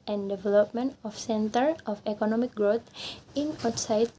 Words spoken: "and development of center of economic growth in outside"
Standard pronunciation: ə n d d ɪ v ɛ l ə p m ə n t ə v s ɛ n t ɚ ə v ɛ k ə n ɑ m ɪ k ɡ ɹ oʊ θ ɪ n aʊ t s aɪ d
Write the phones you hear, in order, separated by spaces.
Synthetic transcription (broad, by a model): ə n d d ɪ v ɛ l ə p m ə n t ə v s ɛ n t ɚ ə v ɛ k ə n ɑ m ɪ k ɡ ɹ oʊ t ɪ n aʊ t s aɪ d